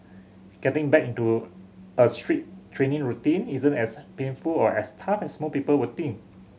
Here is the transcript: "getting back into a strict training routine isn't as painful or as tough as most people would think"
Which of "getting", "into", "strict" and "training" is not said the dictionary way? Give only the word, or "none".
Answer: strict